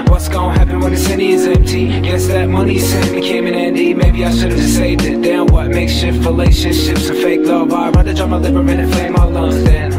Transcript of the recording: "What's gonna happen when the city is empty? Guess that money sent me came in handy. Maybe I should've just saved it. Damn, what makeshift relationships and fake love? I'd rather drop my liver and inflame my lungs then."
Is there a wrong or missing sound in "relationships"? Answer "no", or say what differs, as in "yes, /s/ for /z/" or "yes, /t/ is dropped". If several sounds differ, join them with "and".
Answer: no